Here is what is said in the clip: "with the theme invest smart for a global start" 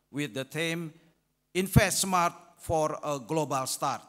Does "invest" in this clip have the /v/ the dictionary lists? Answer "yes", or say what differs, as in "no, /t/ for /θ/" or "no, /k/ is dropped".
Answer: no, /f/ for /v/